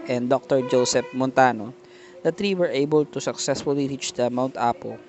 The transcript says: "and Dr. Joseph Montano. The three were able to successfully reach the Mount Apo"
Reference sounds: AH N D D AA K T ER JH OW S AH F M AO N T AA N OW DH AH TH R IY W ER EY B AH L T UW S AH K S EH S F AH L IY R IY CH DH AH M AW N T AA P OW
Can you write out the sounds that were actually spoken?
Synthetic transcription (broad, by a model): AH N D D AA K T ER JH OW S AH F M AO N T AA N OW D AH T R IY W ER EY B AH L T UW S AH K S EH S F AH L IY R IY CH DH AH M AW N T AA P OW